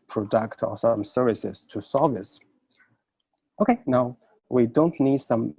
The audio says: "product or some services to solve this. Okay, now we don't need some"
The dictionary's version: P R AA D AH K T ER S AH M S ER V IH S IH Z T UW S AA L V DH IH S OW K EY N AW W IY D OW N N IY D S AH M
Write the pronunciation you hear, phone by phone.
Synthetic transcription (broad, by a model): P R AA D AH K T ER S AH M S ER V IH S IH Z T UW S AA V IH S OW K EY N AW W IY D OW N N IY D S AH M